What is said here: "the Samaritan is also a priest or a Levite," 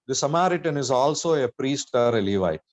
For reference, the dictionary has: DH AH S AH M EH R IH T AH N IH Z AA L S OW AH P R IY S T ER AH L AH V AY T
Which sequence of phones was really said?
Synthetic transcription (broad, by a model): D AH S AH M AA R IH T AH N IH Z AA L S OW AH P R IY S T ER AH L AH V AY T